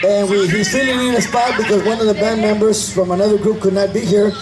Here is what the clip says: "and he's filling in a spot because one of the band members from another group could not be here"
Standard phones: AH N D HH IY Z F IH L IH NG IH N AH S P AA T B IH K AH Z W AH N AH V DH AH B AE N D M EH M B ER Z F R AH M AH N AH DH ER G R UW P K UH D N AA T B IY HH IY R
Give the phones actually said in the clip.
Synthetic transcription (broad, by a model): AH N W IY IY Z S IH N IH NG IH N AH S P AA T B IH K AH Z W AH N AH V DH AH B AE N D M EH M B ER Z F R AH M AH N AH DH ER G R UW P K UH D N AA T B IY HH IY R